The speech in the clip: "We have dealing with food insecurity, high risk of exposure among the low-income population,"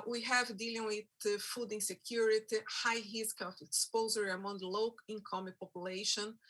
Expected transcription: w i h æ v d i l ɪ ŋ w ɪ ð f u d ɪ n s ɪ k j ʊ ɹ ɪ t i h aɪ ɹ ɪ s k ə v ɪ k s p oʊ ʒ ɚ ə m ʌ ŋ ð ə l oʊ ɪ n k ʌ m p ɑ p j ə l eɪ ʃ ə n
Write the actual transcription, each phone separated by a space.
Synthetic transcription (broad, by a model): w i h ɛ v d i l ɪ ŋ w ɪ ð f u d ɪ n s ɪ k j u ɹ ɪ t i h aɪ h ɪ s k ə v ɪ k s p oʊ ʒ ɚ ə ʌ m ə l oʊ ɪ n k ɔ m p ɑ p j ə l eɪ ʃ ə n